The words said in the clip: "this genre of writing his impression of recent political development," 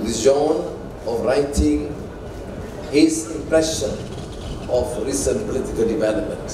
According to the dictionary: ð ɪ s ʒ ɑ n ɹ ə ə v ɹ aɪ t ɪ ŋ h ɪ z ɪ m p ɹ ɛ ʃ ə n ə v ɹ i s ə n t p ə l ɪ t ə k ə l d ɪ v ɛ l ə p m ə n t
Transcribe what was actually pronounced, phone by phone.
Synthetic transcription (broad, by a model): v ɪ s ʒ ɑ n ə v ɹ aɪ t ɪ ŋ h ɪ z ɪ m p ɹ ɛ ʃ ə n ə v ɹ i s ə n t p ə l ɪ t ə k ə l d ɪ v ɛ l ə p m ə n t